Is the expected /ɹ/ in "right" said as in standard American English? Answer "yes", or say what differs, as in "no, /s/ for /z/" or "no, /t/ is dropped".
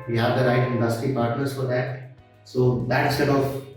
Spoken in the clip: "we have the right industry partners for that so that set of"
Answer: yes